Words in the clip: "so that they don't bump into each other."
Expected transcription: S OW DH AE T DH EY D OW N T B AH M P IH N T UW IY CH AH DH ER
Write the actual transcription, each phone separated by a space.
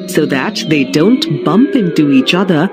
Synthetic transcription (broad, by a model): S OW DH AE T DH EY D OW N T B AH M P IH N T UW IY CH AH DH ER